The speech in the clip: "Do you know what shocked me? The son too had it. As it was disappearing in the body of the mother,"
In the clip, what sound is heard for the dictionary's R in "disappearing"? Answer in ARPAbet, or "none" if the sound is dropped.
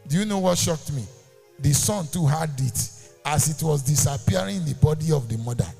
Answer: none